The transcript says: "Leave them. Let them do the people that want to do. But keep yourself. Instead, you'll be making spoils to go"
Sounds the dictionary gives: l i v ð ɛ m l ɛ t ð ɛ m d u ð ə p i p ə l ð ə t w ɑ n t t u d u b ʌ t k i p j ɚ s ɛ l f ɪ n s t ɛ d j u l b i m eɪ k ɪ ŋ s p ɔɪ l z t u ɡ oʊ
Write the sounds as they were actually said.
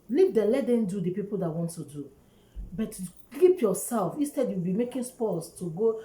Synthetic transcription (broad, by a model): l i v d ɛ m l ɛ t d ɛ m d u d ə p i p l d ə t w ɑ n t t u d u b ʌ t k i p j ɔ s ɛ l f ɪ n s t ɛ d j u w b i m eɪ k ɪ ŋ s p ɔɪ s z t u ɡ oʊ